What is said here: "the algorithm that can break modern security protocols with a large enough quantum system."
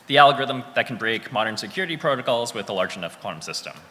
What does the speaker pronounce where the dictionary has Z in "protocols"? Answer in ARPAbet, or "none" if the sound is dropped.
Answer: Z